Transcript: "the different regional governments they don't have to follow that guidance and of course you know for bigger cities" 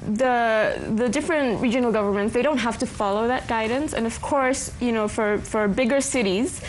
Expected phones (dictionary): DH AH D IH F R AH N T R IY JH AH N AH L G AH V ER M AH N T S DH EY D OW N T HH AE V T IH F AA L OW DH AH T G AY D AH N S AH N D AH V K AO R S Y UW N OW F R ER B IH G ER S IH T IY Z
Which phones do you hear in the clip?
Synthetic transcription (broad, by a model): DH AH D IH F R AH N T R IY JH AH N L G AH V ER M AH N T S DH EY D OW N T HH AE F T IH F AA L OW DH AH T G AY D N S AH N AH V K AO R S Y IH N OW F R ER B IH G ER S IH T IY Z